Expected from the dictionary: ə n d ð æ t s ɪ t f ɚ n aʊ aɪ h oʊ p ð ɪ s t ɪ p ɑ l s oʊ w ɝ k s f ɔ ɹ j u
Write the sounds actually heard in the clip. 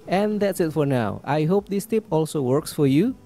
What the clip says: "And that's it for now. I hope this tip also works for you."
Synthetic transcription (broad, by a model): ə n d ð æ t s ɪ t f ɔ n aʊ aɪ h oʊ p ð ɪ s t ɪ p ɑ l s oʊ w ɝ k s f ɔ ɹ j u